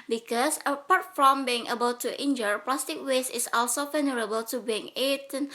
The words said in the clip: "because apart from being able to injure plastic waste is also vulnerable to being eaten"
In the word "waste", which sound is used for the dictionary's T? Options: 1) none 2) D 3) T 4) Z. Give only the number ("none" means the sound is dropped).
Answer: 1